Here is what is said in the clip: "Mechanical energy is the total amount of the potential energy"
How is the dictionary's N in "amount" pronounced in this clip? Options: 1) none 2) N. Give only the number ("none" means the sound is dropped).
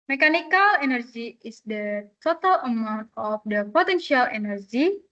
2